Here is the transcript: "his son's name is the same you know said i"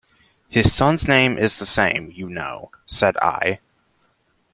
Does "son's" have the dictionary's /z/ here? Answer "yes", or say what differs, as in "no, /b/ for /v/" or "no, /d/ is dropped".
yes